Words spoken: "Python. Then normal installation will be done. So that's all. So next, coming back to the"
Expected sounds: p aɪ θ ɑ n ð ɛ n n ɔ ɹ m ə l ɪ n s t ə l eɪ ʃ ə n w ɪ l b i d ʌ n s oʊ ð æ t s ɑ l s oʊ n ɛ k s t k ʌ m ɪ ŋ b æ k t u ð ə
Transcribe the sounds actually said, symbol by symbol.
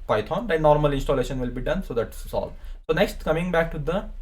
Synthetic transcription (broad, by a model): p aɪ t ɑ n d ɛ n n ɔ ɹ m ə l ɪ n s t ə l eɪ ʃ ə n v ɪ l b i d ʌ n s oʊ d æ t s ɑ l s oʊ n ɛ k s t k ʌ m ɪ ŋ b æ k t u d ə